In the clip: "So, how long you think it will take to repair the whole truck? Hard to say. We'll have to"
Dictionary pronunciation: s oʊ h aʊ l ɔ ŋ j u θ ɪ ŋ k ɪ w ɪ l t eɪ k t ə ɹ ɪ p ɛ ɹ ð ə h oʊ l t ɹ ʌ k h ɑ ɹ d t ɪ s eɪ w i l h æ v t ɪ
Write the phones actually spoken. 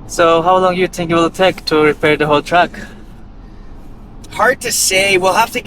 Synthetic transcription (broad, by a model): s oʊ h aʊ l ɔ ŋ j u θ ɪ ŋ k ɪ w ɪ l t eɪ k t ə ɹ ɪ p ɛ ɹ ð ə h oʊ l t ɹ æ k h ɑ ɹ d t ɪ s eɪ w i l h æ f t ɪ